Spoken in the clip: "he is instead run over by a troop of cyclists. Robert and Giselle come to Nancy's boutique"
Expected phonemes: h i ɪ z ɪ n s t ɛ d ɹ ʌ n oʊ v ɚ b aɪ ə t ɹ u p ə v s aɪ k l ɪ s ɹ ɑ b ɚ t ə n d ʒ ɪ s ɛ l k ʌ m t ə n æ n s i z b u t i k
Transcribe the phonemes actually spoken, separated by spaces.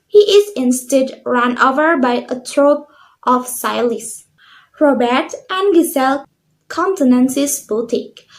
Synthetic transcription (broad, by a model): h i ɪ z ɪ n s t ɛ d ɹ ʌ n oʊ v ɚ b aɪ ə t ɹ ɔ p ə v s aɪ l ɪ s ɹ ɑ b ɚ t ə n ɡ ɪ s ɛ l k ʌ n t ə n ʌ n s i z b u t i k